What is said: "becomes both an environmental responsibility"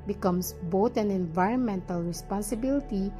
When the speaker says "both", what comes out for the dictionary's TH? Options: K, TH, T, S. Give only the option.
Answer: T